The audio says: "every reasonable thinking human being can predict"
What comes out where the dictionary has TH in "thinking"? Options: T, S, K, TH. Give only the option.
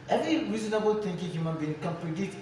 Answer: T